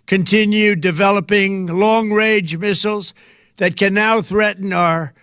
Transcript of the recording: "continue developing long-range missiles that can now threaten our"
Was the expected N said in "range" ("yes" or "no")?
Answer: no